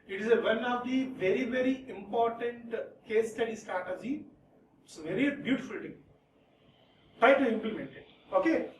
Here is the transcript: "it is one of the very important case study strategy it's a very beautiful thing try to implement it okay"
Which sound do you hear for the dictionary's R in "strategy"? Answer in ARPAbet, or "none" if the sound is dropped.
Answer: none